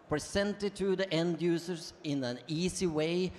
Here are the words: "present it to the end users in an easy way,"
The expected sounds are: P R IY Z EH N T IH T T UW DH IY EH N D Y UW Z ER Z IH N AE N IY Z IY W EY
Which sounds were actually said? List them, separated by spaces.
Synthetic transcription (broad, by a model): P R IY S EH N T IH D T UW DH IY EH N D Y UW S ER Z IH N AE N IY S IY W EY